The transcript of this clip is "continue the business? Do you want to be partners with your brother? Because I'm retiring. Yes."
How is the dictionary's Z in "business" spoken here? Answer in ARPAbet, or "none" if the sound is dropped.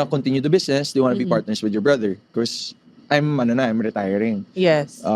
S